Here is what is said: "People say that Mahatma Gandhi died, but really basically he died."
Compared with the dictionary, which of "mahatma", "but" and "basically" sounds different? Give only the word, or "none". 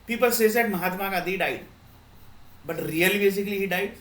none